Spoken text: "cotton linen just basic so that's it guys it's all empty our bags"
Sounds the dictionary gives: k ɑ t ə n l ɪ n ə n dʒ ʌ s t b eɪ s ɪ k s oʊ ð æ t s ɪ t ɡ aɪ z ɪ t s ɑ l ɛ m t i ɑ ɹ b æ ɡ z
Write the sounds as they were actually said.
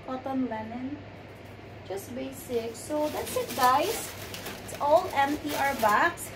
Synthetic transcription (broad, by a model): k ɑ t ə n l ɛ n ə n dʒ ʌ s t b eɪ s ɪ k s oʊ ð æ t s ɪ t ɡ aɪ s ɪ t s ɑ l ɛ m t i ɑ ɹ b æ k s